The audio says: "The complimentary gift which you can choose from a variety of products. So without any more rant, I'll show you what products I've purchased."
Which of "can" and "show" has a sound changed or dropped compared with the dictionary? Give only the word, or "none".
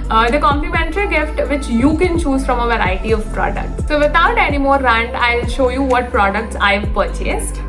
none